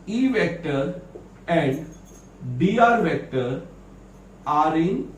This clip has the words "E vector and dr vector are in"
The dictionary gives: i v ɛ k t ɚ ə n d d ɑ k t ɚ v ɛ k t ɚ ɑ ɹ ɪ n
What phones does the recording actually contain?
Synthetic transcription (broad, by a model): i v ɛ k t ɚ ə n d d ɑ t v ɛ k t ɚ ɑ ɹ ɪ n